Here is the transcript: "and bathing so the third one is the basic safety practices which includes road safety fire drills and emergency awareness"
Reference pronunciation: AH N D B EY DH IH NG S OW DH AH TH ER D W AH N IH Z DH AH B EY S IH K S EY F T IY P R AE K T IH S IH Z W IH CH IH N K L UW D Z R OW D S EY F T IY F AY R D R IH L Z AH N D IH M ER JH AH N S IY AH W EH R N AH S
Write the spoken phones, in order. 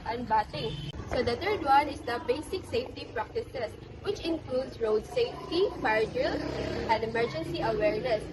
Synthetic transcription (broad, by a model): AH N B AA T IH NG S OW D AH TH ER D W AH N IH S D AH B EY S IH K S EY F T IY P R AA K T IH S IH S W IH CH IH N K L UW D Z R OW D S EY F T IY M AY R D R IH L AH N D IH M ER JH AH N S IY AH W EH R N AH S